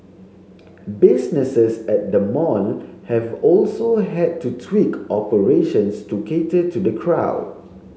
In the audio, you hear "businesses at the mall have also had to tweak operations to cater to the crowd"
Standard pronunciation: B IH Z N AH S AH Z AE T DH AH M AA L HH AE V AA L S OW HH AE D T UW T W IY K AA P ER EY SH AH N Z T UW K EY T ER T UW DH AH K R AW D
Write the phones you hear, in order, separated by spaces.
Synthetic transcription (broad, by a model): B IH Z N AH S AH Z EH T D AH M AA N HH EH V AA L S OW HH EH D T UW T W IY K AA P ER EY SH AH N S T UW K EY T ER T UW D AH K R AW D